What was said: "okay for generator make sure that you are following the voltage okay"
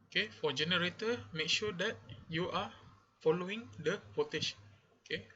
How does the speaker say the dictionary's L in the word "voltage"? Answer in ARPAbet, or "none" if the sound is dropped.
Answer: none